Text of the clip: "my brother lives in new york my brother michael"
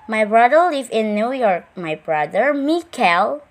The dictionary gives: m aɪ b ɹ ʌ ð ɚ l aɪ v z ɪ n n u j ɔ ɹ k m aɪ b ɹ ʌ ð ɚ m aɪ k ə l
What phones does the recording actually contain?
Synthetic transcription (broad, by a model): m aɪ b ɹ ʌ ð ɚ l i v ɪ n n u j ɔ ɹ k m aɪ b ɹ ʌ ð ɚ m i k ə l